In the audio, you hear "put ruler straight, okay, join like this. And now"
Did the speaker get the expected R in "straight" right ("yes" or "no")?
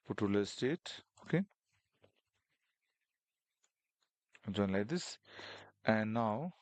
no